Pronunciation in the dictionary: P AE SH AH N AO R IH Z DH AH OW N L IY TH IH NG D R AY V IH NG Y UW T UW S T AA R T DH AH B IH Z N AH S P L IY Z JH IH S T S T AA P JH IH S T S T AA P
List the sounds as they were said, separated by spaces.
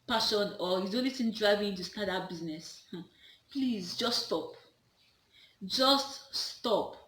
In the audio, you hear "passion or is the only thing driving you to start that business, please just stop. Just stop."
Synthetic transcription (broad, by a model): P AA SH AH N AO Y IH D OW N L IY S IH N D R AY V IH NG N T UW S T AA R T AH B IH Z N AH S P L IY Z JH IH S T S T AA P JH IH S T S T AA P